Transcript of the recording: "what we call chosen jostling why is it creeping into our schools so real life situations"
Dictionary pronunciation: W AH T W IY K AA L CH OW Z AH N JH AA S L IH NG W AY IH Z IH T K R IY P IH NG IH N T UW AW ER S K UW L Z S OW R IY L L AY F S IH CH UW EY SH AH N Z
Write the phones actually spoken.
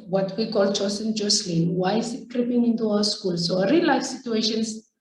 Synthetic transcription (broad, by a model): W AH T W IY K AA L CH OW S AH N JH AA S L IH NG W AY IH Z IH T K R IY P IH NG IH N T UW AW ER S K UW L S OW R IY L L AY F S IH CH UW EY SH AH N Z